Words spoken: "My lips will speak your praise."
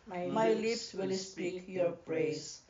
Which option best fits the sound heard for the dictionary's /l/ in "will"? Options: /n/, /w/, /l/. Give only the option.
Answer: /l/